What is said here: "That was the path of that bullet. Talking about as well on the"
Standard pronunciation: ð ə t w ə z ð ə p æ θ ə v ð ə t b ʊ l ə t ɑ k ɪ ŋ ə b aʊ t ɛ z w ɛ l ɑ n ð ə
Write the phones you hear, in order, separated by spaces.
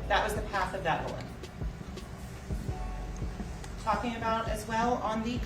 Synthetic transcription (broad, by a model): ð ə t w ə z ð ə p æ θ ə v ð ə t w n t ɑ k ɪ ŋ ə b aʊ t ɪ z w ɛ l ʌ n ð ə